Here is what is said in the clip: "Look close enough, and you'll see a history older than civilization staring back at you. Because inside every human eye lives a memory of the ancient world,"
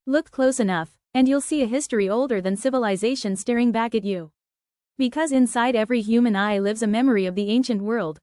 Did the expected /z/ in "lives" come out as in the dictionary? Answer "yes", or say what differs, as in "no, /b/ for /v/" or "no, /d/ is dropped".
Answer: yes